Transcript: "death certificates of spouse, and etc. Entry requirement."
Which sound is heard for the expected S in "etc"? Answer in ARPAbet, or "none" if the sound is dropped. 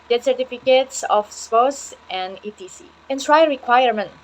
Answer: none